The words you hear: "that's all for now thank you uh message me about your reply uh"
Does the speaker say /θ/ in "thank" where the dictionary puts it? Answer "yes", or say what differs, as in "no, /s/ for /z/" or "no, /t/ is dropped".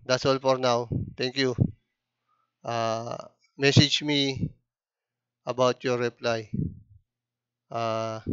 no, /t/ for /θ/